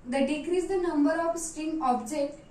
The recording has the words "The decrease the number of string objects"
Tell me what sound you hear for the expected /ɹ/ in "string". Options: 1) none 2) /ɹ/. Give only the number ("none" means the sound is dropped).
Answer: 1